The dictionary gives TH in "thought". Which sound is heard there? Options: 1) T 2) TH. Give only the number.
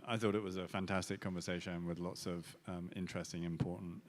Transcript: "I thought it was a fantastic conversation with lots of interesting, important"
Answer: 2